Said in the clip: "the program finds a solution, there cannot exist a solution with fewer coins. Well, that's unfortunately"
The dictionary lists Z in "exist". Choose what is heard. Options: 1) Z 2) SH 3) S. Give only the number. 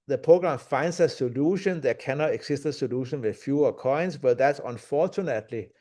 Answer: 3